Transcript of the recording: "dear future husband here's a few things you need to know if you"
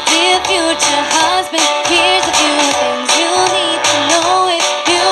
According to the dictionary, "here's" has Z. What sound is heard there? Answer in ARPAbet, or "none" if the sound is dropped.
Z